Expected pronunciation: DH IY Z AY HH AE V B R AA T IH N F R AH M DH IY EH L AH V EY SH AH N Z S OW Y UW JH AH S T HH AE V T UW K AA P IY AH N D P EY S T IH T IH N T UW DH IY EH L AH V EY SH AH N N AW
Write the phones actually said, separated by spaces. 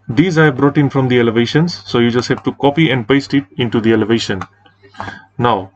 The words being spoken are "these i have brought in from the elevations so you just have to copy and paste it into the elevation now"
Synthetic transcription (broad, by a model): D IY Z AY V B R AA T IH N F R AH M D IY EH L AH V EY SH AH N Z S OW Y UW JH AH S T HH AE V T UW K AA P IY AH N D P EY S T IH T IH N T UW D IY EH L AH V EY SH AH N N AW